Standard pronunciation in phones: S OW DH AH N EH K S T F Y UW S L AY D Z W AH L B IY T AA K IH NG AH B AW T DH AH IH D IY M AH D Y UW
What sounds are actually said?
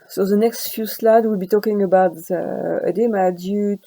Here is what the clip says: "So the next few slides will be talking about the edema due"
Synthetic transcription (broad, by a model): S OW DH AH N EH K S T F Y UW S L AY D W AH L B IY T AA K IH NG AH B AW T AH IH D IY M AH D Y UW